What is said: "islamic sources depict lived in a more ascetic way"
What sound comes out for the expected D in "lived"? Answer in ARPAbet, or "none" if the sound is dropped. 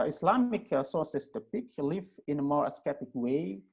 none